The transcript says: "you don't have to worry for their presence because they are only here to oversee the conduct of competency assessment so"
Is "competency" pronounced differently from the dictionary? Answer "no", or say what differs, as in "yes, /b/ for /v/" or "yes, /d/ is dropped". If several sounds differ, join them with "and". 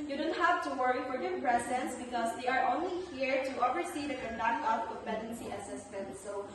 yes, /m/ is dropped